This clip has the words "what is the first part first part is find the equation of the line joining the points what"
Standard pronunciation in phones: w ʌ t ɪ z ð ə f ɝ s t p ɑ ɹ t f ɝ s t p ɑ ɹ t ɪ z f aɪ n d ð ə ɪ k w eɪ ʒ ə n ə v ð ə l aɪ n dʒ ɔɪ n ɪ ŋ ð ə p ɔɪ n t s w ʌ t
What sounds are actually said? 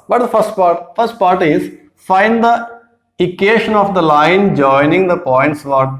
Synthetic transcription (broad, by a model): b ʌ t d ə f ɝ s t p ɑ ɹ t f ɝ s t p ɑ ɹ t ɪ z f aɪ n d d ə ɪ k eɪ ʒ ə n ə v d ə l aɪ n dʒ ɔɪ n ɪ ŋ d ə p ɔɪ n t s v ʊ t